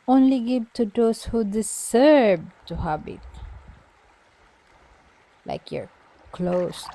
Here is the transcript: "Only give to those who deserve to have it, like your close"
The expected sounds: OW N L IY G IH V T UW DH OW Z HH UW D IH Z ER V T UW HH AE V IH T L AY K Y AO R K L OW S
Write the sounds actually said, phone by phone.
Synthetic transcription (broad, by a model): OW N L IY G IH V T UW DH OW S HH UW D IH S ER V T UW HH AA B IH T L AY K Y AO R K L OW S